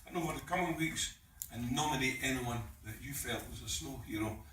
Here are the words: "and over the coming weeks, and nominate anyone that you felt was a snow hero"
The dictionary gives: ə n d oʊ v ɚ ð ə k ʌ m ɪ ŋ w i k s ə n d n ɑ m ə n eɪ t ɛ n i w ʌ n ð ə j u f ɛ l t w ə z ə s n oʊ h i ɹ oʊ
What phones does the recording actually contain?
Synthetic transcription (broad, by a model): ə n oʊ f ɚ ð ə k ʌ m ɪ ŋ w i k s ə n n ɑ m ə n eɪ t ɛ n i w ʌ n ð ə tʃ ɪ f ɛ l t w ə z ə s n oʊ h i ɹ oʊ